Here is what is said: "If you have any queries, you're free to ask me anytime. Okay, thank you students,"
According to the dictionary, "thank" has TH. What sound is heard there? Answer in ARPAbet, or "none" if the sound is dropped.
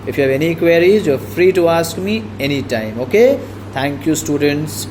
T